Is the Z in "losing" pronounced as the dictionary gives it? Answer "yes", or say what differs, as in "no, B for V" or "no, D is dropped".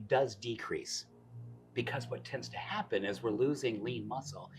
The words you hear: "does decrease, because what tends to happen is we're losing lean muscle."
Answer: yes